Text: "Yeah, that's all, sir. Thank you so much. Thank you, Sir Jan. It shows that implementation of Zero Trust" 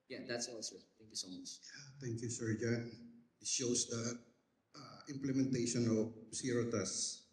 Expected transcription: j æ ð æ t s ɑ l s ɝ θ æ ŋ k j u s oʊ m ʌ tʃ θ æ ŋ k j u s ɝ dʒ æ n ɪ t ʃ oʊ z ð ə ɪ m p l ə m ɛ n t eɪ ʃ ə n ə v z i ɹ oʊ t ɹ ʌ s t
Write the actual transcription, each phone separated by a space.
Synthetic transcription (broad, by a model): j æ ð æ t s ɑ l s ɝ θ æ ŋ k j u s oʊ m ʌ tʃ t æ ŋ k j u s ɝ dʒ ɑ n ɪ t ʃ oʊ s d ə ɪ m p l ə m ɛ n t eɪ ʃ ə n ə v s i ɹ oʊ t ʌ s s